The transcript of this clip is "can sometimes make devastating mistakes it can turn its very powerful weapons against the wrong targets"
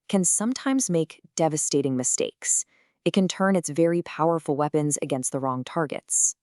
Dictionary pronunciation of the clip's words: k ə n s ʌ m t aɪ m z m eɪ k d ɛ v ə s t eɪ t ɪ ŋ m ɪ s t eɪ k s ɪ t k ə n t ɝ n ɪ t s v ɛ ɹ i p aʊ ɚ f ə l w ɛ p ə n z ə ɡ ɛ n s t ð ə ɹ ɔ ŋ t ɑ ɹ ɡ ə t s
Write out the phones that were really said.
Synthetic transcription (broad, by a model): k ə n s ʌ m t aɪ m z m eɪ k d ɛ v ə s t eɪ t ɪ ŋ m ɪ s t eɪ k s ɪ t k ə n t ɝ n ɪ t s v ɛ ɹ i p aʊ ɚ f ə l w ɛ p ə n z ə ɡ ɛ n s t ð ə ɹ ɔ ŋ t ɑ ɹ ɡ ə t s